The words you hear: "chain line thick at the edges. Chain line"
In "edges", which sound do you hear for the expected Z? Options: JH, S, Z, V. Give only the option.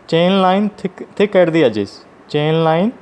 S